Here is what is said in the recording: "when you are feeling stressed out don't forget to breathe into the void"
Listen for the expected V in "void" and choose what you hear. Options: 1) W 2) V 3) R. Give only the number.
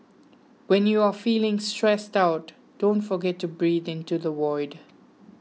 1